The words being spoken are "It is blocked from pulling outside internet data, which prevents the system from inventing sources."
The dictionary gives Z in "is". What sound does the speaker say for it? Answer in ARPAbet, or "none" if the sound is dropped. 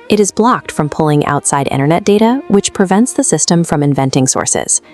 Z